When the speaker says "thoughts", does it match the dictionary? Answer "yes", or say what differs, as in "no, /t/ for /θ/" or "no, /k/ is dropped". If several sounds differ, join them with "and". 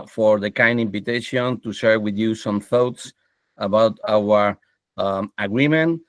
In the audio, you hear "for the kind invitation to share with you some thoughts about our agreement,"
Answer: yes